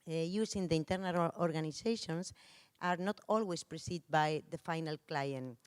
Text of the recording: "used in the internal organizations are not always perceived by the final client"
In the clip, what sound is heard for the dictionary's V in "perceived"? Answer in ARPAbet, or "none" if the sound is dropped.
none